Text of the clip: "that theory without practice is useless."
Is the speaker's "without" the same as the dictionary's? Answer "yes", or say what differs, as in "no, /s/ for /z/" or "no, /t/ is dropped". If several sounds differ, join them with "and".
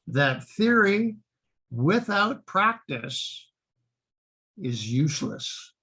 yes